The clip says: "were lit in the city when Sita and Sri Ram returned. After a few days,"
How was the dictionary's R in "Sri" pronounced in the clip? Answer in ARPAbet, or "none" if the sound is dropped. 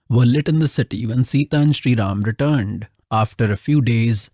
R